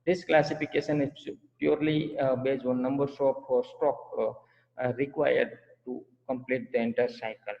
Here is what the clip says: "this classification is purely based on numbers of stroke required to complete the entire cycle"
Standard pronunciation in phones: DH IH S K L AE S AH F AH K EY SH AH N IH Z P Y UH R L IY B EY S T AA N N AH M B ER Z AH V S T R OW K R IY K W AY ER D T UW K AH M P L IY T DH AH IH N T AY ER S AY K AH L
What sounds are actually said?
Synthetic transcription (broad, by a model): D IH S K L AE S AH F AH K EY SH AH N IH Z P Y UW R L IY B EY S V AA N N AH M B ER S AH P S T OW K R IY K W AY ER D T UW K AH M P L IY T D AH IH N T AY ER S AY K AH L